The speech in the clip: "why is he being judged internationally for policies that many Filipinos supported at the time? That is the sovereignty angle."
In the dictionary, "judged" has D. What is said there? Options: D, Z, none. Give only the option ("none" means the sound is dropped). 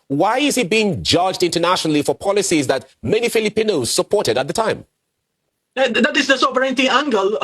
D